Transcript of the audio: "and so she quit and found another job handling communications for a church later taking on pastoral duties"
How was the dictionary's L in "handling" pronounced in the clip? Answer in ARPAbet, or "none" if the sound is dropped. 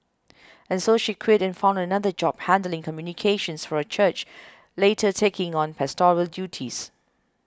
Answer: L